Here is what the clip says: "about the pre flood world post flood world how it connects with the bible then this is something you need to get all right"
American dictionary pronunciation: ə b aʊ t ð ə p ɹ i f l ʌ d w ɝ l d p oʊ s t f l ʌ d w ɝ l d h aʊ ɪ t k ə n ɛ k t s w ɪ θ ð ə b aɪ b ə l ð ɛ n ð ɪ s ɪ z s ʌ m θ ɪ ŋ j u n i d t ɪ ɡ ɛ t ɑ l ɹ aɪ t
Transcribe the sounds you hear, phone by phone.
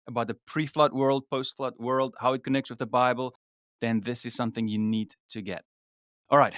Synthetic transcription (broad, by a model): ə b aʊ t ð ə p ɹ i f l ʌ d w ɝ l d p oʊ s t f l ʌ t w ɝ l d h aʊ ɪ t k ə n ɛ k t s w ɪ ð ə b aɪ b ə l ð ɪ n ð ɪ s ɪ z s ʌ m θ ɪ ŋ j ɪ n i d t ɪ ɡ ɛ t ɑ l ɹ aɪ t